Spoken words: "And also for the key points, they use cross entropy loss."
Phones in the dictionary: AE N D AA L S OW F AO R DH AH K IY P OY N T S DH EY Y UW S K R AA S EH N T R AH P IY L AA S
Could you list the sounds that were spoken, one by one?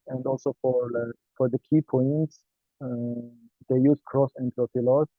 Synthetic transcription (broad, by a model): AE N D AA L S OW F AO R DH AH K IY P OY N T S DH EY Y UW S K R AA S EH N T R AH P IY L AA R